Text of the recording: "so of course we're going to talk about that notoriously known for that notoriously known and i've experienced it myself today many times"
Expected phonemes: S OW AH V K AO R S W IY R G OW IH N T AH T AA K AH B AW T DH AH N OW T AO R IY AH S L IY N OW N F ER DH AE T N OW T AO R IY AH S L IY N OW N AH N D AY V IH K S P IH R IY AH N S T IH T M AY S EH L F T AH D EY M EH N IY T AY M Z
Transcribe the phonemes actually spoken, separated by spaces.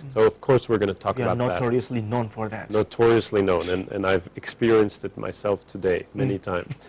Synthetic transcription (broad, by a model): S OW AH V K AO R S W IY R G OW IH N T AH T AA K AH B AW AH N OW T AO R IY AH S L IY N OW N F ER DH AE T N OW T AO R IY AH S L IY N OW N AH N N AY V IH K S P IH R IY AH N S T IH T M AY S EH L F T AH D EY M EH N IY T AY M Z